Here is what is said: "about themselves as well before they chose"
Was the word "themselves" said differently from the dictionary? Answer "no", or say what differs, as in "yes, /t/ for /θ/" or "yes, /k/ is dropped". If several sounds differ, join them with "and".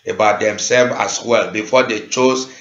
yes, /z/ is dropped